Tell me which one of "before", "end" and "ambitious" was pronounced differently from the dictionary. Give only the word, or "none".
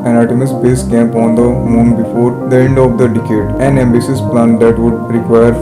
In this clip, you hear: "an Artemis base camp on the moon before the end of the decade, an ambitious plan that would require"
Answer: ambitious